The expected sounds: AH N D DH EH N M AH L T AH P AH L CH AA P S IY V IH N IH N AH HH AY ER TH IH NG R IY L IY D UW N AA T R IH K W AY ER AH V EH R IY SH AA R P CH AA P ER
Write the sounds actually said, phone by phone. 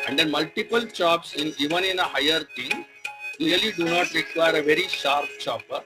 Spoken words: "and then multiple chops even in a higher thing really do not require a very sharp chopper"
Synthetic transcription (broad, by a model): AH N D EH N M AH L T AH P AH L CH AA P S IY V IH N IH N AH HH AY ER T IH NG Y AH L IY D UW N AA T R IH K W AY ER AH V EH R IY SH AA R P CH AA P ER